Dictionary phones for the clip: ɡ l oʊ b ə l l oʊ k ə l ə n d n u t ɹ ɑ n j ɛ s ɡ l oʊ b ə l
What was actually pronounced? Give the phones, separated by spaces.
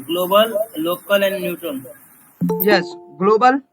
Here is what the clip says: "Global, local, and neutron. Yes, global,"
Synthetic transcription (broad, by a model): ɡ l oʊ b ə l l oʊ k ə l ə n d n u t ɑ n j ɛ s ɡ l oʊ b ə l